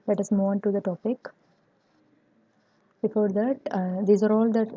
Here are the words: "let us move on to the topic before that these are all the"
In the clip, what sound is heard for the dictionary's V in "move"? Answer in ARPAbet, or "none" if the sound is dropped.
none